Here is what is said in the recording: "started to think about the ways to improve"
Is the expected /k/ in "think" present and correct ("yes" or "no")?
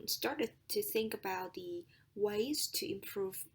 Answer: yes